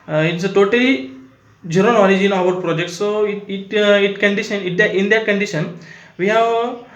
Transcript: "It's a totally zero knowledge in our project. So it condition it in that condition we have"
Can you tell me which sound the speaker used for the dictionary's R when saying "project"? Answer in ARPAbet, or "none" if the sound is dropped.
R